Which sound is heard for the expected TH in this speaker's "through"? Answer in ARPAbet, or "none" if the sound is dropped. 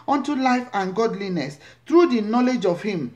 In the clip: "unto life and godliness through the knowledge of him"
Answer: T